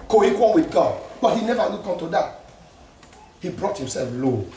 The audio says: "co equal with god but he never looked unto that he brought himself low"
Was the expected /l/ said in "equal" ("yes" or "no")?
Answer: no